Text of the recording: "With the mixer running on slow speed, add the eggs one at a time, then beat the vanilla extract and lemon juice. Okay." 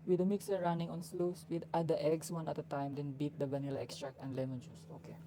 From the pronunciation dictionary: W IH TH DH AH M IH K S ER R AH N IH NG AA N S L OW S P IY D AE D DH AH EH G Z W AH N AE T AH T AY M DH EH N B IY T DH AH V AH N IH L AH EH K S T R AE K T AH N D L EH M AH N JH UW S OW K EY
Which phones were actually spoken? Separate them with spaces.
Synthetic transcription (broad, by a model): W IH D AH M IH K S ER R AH N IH NG AA N S L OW S P IY D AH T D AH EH G S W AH N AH T AH T AY M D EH N B IY T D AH B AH N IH L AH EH K S T R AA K AH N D L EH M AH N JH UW S OW K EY